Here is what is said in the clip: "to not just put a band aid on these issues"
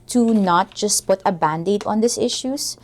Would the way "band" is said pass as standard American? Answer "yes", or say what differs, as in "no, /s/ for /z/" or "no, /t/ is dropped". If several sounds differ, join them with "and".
yes